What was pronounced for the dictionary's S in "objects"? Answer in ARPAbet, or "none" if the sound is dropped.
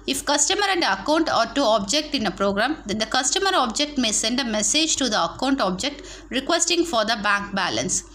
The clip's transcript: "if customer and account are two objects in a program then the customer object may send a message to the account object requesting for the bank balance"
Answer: none